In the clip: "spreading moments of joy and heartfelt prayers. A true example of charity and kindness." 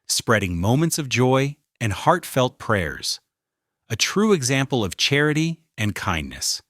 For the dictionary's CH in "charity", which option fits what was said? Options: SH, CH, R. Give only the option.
CH